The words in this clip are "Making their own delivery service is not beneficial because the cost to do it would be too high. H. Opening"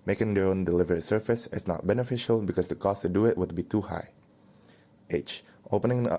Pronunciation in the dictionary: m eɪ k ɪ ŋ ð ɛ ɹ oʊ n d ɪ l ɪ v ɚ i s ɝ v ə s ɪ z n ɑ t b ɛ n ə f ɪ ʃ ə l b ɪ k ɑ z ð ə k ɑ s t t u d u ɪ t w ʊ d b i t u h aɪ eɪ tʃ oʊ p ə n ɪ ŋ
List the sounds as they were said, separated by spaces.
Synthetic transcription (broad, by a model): m eɪ k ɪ ŋ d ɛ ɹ oʊ n d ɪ l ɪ v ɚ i s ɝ f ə s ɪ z n ɑ t b ɛ n ə f ɪ ʃ ə l b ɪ k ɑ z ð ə k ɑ s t t u d u ɪ t w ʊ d b i t u h aɪ eɪ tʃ oʊ p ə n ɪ ŋ